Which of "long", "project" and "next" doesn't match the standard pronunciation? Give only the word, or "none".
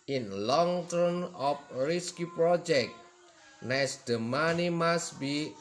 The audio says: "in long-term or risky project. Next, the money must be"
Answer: next